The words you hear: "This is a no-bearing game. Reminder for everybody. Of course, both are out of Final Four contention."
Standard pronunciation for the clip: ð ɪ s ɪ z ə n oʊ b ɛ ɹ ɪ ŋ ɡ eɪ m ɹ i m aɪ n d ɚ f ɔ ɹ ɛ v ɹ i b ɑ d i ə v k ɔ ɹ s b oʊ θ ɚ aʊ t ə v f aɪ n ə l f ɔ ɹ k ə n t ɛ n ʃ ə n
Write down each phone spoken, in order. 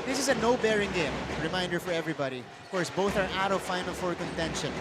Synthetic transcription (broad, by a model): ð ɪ s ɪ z ə n oʊ b ɛ ɹ ɪ ŋ ɡ eɪ m ɹ i m aɪ n d ɚ f ɔ ɹ ɛ v ɹ i b ɑ d i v k ɔ ɹ s b oʊ θ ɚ aʊ t ə v f aɪ n ə l f ɔ ɹ k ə n t ɛ n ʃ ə n